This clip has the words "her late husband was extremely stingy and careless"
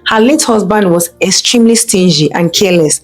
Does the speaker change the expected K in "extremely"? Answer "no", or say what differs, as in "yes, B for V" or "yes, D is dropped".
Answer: no